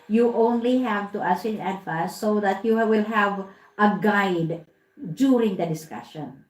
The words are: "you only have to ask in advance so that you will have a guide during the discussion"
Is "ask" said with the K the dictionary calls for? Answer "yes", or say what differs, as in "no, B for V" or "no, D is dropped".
no, K is dropped